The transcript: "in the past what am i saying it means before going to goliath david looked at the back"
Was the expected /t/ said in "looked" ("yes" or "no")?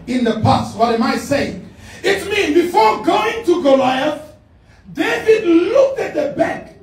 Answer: yes